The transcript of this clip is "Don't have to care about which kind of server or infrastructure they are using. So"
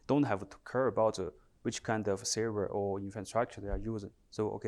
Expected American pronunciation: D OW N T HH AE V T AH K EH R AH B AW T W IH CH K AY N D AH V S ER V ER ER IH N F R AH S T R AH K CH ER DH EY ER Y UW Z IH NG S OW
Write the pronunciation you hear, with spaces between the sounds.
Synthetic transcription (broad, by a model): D OW N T HH AE V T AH K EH R AH B AW T W IH CH K AY N D AH V S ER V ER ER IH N F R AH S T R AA K CH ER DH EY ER Y UW Z IH NG S OW